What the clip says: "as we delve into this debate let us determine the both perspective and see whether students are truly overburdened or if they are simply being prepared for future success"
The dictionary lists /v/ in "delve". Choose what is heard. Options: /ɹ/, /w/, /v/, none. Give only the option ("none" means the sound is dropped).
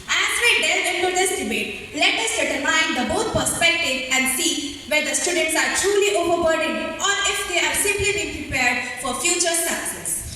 none